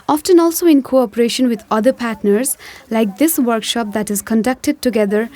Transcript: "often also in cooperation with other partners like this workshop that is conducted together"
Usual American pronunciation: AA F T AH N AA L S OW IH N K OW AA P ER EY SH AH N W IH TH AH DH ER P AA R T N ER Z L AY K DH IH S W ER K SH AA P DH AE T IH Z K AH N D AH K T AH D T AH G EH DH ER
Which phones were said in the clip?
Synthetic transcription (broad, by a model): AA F T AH N AA L S OW IH N K OW AA P ER EY SH AH N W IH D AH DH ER P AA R T N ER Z L AY K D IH S W ER K SH AA P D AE T IH Z K AH N D AH K T AH D T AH G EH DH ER